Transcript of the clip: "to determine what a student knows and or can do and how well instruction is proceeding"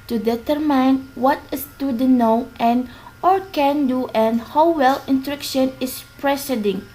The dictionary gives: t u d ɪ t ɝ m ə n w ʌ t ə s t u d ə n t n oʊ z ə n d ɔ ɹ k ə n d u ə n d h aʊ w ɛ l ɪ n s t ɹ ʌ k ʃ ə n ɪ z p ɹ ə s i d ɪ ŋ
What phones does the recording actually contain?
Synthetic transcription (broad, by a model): t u d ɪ t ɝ m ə n w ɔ t ə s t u d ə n n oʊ ə n ɔ ɹ k ə n d u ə n h aʊ w ɛ l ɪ n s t ɹ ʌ k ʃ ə n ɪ s p ɹ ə s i d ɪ ŋ